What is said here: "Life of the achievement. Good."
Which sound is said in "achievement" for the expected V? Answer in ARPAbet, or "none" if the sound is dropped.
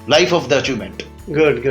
none